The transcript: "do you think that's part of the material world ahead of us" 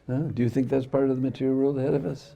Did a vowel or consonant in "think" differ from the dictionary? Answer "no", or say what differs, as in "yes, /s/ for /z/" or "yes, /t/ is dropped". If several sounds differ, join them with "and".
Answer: no